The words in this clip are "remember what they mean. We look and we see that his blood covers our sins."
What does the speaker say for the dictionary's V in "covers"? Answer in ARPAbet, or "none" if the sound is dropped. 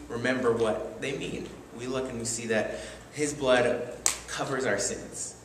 V